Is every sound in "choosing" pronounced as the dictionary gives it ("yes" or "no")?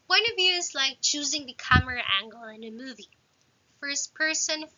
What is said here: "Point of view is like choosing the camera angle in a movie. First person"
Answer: yes